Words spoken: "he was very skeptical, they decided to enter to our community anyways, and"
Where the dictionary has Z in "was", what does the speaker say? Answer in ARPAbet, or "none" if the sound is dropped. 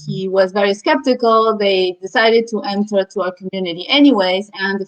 Z